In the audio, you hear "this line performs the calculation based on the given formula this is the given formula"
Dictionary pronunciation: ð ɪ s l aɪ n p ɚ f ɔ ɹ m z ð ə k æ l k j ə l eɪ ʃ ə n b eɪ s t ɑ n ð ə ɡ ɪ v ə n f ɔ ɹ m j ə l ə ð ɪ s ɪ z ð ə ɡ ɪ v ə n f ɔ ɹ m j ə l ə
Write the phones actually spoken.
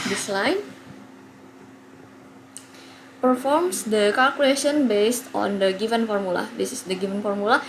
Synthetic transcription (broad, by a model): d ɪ s l aɪ n p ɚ f ɔ ɹ m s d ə k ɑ l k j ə l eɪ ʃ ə n b eɪ s t ɑ n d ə ɡ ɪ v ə n f ɔ ɹ m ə l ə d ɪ s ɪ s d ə ɡ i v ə n f ɔ ɹ m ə l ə